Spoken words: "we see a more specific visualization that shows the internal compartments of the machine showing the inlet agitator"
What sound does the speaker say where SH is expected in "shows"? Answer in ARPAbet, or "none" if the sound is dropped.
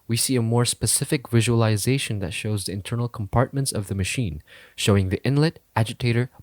SH